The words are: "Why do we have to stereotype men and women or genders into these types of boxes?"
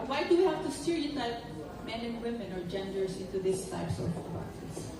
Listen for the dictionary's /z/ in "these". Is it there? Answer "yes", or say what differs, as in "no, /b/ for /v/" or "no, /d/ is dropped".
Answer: no, /s/ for /z/